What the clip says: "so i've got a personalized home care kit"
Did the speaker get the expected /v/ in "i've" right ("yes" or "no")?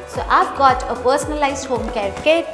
no